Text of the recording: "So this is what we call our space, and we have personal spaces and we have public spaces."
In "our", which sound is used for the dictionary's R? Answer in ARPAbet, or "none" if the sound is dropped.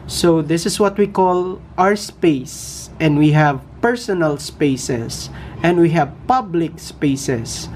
R